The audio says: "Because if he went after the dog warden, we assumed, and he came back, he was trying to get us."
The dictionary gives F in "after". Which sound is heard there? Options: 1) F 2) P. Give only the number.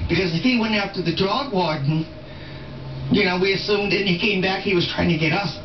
2